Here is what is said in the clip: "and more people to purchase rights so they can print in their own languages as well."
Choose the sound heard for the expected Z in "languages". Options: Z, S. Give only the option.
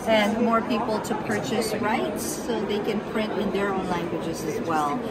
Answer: Z